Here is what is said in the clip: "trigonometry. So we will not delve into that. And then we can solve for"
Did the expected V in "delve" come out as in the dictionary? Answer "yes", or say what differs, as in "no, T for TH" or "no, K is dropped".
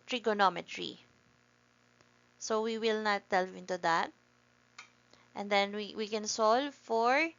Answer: no, V is dropped